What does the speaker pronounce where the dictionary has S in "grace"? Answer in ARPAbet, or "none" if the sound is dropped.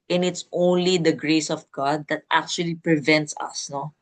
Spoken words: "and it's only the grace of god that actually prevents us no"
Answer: S